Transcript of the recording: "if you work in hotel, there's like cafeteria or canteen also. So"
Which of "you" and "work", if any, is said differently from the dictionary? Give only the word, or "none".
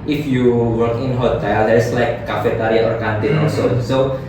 none